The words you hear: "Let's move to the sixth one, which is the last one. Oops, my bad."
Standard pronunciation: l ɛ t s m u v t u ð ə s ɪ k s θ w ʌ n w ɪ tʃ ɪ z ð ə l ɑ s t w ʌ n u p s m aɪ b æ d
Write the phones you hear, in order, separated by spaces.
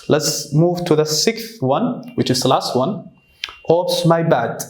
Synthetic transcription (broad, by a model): l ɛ t s m u v t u ð ə s ɪ k s θ w ʌ n w ɪ tʃ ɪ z ð ə l ɑ s t w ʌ n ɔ s m aɪ b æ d